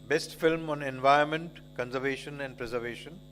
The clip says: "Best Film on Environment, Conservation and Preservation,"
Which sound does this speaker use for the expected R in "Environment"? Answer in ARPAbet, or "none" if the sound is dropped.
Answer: none